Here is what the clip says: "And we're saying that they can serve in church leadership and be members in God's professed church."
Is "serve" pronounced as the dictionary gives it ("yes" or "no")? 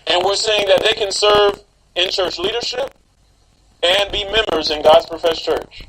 yes